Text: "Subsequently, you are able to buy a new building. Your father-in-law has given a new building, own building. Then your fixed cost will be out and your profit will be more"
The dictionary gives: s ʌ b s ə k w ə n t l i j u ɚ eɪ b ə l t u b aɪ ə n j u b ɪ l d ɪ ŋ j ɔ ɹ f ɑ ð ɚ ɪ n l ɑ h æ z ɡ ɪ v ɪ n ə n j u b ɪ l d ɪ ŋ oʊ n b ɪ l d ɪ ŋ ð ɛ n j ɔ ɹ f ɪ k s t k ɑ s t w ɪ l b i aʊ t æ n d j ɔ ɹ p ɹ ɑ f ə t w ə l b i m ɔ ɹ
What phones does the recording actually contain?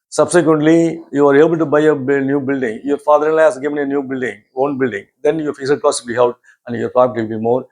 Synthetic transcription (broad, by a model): s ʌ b s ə k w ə n t l i j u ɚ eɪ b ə l t u b aɪ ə n j u b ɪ l d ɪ ŋ j ɔ ɹ f ɑ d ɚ ɪ n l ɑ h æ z ɡ ɪ v ɪ n ə n j u b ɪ l d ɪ ŋ oʊ n b ɪ l d ɪ ŋ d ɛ n j ɔ ɹ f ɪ s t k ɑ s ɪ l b i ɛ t æ n d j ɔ ɹ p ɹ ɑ p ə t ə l b i m ɔ ɹ